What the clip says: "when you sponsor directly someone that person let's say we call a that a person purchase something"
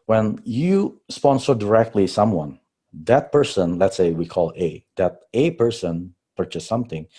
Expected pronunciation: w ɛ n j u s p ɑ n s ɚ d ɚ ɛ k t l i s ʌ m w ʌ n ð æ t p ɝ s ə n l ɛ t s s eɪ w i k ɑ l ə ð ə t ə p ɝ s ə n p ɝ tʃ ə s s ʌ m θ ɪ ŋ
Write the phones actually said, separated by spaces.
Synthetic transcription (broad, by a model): w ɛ n j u s p ɑ n s ɚ d ɚ ɛ k t l i s ʌ m w ʌ n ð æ t p ɝ s ə n l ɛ t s s eɪ w i k ɑ l ə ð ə t ə p ɝ s ə n p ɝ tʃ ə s s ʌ m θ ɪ ŋ